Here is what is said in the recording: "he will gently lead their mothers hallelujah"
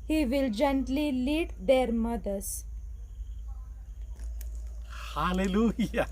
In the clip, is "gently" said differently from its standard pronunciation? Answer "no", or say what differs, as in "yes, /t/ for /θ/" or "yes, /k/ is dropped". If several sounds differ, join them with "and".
no